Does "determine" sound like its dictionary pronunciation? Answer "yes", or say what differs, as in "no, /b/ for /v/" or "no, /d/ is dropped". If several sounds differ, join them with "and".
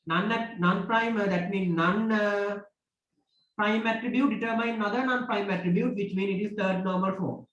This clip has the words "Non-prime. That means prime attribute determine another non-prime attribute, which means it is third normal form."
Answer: no, /n/ is dropped